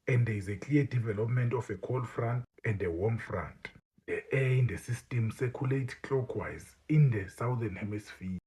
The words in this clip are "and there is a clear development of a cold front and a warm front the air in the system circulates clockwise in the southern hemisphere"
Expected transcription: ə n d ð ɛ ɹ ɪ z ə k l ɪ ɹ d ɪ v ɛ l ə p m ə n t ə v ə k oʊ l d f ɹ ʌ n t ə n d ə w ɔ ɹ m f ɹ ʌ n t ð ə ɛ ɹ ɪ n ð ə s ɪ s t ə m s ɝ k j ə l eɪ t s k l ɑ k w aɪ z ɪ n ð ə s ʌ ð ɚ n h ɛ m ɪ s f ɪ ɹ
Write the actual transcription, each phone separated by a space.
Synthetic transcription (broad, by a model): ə n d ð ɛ ɪ z ə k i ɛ d ɪ v ɛ l ə p m ə n t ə f ə k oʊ l f ɹ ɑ n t ə n d ə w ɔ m f ɹ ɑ n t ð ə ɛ ɪ n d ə s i s t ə m s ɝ k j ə l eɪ t k ɑ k w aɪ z ɪ n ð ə s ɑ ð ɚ n h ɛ m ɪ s f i